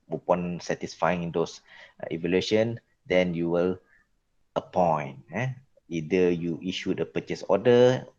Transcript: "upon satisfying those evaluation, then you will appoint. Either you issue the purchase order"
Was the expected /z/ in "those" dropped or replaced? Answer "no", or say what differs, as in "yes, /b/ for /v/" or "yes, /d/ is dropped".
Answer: yes, /s/ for /z/